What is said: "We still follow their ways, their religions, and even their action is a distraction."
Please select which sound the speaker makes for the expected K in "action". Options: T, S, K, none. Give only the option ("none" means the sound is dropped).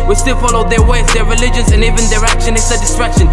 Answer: K